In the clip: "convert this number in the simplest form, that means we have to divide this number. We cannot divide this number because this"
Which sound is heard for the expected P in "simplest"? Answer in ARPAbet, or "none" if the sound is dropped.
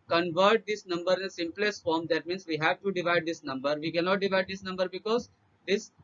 P